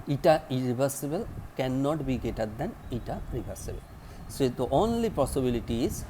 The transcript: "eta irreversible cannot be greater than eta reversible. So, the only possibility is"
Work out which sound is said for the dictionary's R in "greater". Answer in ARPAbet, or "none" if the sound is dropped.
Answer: none